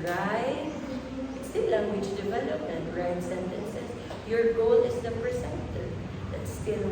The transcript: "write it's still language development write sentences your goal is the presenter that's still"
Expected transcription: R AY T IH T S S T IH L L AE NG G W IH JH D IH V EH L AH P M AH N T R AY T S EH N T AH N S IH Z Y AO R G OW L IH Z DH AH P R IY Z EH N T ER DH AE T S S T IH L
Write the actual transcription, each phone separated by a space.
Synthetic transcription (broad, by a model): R AY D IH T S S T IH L L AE NG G W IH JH D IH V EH L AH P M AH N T R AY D S EH N T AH N S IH S Y AO R G OW L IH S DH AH P R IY S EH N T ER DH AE T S S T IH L